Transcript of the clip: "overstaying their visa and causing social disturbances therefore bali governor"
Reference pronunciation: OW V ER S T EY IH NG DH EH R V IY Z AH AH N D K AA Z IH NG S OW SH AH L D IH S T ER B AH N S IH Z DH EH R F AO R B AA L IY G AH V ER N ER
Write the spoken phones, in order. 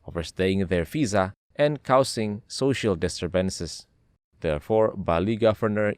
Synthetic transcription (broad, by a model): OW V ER S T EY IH NG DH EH R F IY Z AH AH N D K AA S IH NG S OW SH AH L D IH S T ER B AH N S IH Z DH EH R F AO R B AA L IY G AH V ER N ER